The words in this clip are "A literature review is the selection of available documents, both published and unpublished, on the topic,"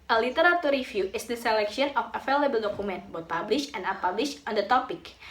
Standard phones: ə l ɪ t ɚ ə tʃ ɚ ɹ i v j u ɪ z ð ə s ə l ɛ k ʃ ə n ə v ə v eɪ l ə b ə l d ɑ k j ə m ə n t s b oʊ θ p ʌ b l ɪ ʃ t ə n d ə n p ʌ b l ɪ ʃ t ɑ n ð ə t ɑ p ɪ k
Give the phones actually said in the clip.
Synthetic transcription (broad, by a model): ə l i t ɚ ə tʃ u ɹ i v j u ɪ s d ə s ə l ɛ k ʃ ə n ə f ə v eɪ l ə b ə l d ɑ k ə m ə n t b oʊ t p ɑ b l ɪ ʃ ə n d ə p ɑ b l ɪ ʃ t ɑ n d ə t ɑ p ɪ k